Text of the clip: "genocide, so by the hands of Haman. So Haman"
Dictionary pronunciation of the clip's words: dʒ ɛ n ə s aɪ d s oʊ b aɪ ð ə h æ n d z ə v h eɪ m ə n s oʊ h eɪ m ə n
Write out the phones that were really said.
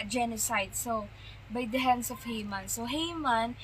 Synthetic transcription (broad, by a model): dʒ ɛ n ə s aɪ d s oʊ b aɪ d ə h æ n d s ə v h eɪ m ə n s oʊ h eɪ m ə n